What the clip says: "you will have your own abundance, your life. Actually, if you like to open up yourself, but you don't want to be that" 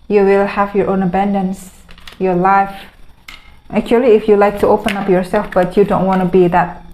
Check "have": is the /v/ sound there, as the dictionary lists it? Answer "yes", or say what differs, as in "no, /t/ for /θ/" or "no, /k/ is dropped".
yes